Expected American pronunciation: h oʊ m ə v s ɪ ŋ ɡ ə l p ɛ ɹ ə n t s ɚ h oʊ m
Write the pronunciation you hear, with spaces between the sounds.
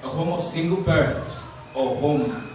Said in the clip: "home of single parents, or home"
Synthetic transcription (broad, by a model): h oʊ m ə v s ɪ ŋ ɡ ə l b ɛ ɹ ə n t ɚ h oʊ m